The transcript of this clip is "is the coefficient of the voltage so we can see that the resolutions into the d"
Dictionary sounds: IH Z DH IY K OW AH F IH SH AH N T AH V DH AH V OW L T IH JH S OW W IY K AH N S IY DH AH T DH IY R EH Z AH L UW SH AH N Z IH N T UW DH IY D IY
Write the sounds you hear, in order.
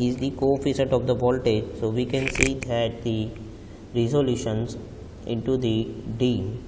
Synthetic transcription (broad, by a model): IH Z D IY K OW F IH S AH T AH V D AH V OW L T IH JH S OW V IY K AH N S IY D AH T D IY R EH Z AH L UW SH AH N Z IH N T UW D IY D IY